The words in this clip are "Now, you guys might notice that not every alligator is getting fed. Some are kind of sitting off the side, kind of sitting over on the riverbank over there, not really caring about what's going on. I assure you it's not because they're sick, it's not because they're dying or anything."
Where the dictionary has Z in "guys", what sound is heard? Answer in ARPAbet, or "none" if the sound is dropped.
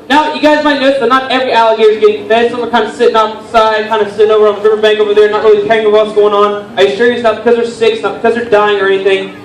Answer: Z